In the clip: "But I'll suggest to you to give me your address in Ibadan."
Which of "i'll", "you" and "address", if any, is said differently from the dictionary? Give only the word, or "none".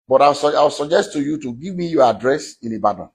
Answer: i'll